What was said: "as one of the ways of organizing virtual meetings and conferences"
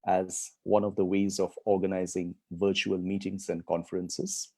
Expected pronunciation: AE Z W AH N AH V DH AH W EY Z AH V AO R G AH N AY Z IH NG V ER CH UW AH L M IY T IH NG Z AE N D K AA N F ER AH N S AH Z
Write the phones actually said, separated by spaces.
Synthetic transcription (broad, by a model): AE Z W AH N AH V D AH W EY Z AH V AO R G AH N AY Z IH NG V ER CH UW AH L M IY T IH NG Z AE N D K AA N F ER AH N S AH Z